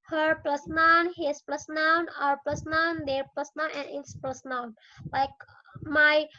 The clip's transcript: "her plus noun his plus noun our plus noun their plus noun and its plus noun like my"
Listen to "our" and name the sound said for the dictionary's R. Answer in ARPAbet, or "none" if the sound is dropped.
R